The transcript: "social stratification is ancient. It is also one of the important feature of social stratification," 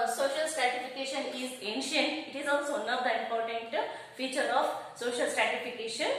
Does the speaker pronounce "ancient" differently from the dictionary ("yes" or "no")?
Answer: no